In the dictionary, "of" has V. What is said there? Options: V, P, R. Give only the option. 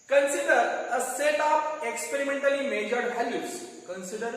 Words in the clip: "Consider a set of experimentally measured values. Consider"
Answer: P